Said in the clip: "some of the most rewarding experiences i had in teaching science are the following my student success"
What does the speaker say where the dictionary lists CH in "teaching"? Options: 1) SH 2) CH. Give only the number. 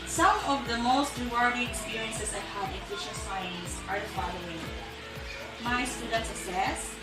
1